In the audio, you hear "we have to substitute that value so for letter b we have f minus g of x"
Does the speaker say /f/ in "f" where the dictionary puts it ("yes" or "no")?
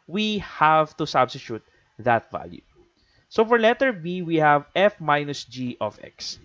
yes